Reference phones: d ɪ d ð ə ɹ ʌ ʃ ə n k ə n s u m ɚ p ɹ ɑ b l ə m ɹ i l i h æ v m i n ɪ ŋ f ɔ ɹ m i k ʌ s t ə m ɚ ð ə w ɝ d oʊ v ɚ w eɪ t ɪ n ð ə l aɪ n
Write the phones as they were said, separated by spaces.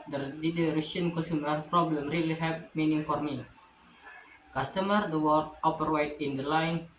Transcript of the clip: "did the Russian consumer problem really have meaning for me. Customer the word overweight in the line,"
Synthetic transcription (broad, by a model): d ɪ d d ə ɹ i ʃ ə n k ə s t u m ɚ p ɹ ɑ b l ə m ɹ i l i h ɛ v m i n ɪ ŋ f ɔ ɹ m i k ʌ s t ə m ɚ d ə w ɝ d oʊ p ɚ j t ɪ n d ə l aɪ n